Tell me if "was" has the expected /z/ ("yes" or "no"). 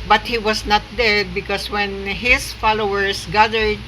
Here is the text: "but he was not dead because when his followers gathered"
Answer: no